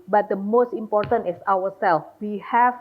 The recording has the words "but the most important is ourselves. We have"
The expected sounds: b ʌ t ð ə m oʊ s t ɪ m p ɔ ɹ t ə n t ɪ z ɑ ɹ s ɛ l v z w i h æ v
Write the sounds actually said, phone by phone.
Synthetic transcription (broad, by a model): b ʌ t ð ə m oʊ s t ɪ m p ɔ ɹ t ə n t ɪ s ɑ w s ɛ l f w i h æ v